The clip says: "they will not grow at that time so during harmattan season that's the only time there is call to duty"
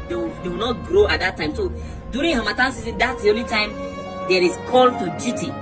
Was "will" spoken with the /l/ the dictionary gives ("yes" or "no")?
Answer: no